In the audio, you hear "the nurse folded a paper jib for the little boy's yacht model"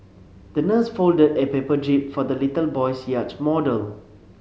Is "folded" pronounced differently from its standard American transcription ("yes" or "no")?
no